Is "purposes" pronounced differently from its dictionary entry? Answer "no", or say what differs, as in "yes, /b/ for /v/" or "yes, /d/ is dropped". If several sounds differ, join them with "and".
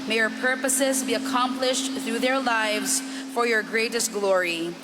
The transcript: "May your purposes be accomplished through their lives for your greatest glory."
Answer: no